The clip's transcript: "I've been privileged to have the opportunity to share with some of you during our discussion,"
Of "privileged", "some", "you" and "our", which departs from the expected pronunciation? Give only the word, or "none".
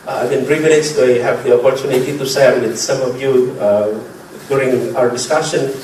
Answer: privileged